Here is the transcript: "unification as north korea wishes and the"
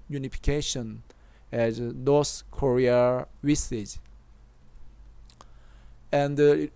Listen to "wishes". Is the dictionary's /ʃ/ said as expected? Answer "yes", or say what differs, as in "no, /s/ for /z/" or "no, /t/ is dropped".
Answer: no, /s/ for /ʃ/